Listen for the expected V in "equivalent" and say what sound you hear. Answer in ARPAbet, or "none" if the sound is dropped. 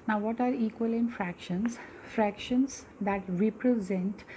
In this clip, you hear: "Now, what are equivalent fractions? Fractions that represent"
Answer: none